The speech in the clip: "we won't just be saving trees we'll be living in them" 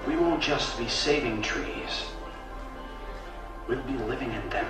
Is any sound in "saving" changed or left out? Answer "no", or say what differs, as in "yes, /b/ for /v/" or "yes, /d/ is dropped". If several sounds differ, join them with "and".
no